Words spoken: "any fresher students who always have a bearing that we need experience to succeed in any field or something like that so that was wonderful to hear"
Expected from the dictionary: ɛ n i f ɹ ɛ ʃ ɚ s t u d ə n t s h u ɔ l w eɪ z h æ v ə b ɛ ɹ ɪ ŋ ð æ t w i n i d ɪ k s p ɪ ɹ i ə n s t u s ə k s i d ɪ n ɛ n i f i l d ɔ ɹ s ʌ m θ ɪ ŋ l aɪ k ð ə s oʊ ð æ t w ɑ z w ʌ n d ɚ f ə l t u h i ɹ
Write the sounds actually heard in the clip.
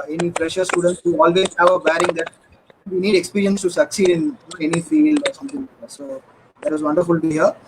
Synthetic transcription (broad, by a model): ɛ n i p ɹ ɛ ʃ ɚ s t u d ə n t s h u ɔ l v eɪ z h æ v ə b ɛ ɹ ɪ ŋ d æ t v i n i d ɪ k s p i ɹ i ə n s t u s ə k s i d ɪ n ɛ n i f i l ɔ ɹ s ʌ m t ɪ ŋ s oʊ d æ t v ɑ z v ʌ n d ɚ f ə l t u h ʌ ɹ